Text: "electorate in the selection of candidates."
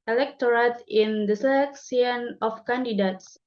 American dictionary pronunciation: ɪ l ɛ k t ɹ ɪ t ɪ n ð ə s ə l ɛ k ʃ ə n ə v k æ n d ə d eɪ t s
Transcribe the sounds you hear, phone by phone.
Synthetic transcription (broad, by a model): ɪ l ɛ k t ɹ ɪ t ɪ n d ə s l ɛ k s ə n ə f k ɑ n d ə d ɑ t s